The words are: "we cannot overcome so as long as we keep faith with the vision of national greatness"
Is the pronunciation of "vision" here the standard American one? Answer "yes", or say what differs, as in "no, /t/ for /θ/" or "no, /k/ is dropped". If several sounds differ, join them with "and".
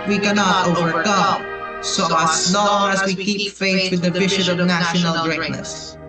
no, /b/ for /v/ and /ʃ/ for /ʒ/